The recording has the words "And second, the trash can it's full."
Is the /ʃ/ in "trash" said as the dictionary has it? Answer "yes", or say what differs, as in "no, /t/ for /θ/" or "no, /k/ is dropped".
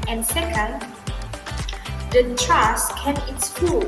no, /s/ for /ʃ/